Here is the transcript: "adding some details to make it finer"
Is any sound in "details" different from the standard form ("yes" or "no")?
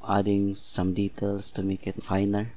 yes